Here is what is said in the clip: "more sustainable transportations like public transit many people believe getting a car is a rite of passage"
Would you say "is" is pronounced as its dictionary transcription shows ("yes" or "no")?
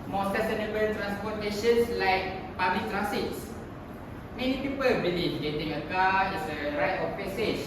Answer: no